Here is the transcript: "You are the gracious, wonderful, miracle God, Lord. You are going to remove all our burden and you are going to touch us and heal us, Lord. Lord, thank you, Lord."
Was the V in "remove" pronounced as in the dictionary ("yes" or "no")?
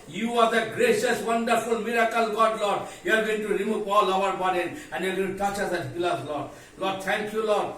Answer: no